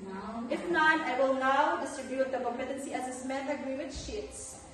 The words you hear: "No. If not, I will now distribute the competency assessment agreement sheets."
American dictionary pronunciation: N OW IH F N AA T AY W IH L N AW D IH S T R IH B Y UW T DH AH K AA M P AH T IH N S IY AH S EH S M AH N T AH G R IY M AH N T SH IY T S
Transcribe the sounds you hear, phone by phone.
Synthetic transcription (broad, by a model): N IH F N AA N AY W IH L N AW D IH S T R IH B Y UW T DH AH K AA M AH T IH N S IY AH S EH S M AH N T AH G R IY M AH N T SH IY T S